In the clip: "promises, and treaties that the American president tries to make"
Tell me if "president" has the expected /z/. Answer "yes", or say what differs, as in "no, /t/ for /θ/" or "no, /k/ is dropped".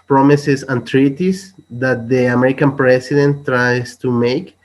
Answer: no, /s/ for /z/